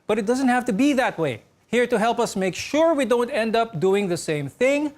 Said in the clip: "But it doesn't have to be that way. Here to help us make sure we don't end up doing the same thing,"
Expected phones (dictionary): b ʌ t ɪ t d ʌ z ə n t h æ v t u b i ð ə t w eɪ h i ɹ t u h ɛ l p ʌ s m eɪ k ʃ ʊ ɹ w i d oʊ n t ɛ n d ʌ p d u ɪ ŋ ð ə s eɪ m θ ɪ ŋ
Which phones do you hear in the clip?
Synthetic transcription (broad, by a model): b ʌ t ɪ t d ʌ z ə n t h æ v t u b i ð ə t w eɪ h i ɹ t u h ɛ l p ʌ s m eɪ k ʃ ʊ ɹ w i d oʊ n t ɛ n d ʌ p d u ɪ ŋ ð ə s eɪ m θ ɪ ŋ